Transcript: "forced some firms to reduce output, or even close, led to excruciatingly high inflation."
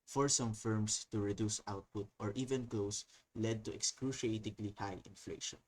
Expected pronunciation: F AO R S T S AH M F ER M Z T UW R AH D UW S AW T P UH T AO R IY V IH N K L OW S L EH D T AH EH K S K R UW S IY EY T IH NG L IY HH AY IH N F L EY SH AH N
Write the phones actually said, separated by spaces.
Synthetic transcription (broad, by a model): F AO R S S AH M F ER M S T UW R AH D UW S AW T P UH T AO R IY V IH N K L OW S L EH D T AH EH K S K R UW SH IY EY T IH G L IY HH AY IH N F L EY SH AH N